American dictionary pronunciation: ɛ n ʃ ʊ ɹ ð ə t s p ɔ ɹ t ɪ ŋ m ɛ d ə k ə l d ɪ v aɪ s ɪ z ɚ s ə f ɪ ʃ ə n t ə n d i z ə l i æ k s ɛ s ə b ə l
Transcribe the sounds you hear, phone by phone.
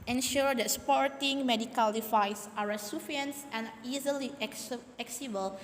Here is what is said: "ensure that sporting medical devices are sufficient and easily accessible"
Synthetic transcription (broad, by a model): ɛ n ʃ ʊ ɹ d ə t s p ɔ ɹ t ɪ ŋ m ɛ d ə k ə l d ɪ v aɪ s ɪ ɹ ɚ s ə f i ə n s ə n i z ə l i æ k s s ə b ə l